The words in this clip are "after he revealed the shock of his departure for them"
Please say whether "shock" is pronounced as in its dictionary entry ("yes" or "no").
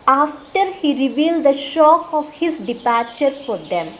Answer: yes